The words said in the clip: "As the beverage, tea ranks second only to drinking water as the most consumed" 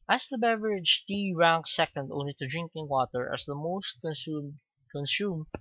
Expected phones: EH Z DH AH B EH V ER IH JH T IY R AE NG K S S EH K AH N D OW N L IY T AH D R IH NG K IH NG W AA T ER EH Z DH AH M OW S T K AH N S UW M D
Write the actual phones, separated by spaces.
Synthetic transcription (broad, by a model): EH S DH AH B EH V ER IH JH T IY R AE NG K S S EH K AH N D OW N L IY T AH D R IH NG K IH NG W AA T ER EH S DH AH M OW S T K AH N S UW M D